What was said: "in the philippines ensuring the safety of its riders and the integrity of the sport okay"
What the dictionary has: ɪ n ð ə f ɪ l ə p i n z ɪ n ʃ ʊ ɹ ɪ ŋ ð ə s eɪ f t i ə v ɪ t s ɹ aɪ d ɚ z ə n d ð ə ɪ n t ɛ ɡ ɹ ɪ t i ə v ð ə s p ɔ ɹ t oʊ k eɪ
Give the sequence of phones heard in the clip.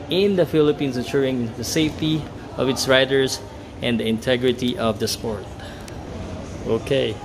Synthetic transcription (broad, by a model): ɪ n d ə f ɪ l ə p i n s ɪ ʃ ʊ ɹ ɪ ŋ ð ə s eɪ f t i ə v ɪ t s ɹ aɪ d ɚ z ə n d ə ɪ n t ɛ ɡ ɹ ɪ t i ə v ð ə s p ɔ ɹ t oʊ k eɪ